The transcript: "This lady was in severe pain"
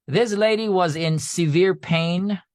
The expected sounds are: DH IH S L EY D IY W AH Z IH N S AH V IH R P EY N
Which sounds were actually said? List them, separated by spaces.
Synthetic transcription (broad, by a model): DH IH S L EY D IY W AH Z IH N S AH V IH R P EY N